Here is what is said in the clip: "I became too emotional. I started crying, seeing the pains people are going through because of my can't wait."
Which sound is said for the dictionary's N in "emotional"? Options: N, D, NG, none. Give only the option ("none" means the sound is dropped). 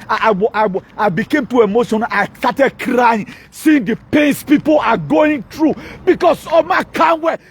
none